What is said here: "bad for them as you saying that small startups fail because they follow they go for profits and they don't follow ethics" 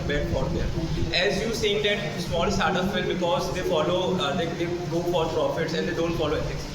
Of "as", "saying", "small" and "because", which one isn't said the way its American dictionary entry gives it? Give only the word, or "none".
none